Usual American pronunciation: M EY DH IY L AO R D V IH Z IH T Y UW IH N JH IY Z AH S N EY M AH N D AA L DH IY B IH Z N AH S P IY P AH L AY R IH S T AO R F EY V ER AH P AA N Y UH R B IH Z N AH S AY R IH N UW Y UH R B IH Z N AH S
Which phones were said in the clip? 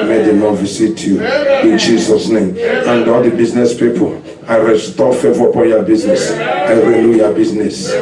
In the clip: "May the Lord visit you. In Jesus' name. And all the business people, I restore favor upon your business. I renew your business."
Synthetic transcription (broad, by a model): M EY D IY N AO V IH S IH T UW IH N JH IY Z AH S N EY M AH N D AA L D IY B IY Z N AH S P IY P AH L AY R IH S T AO F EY V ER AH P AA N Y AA B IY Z N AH S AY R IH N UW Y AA B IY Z N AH S